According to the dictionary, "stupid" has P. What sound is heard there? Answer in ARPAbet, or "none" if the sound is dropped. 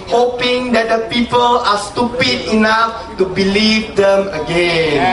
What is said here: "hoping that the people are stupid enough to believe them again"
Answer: P